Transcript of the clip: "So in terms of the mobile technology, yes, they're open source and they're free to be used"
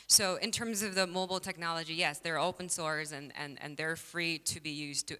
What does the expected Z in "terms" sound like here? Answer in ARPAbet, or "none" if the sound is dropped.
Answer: Z